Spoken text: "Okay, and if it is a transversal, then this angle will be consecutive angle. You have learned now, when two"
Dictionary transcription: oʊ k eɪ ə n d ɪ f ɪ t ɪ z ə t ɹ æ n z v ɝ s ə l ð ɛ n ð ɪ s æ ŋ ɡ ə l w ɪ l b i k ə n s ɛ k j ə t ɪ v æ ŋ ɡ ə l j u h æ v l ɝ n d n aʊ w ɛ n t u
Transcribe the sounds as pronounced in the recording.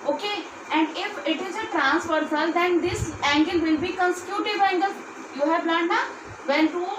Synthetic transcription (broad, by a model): oʊ k eɪ ə n d ɪ f ɪ t ɪ z ə t ɹ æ n s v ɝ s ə l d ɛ n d ɪ s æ ŋ ɡ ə l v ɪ l b i k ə n s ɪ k j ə t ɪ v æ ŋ ɡ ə l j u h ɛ p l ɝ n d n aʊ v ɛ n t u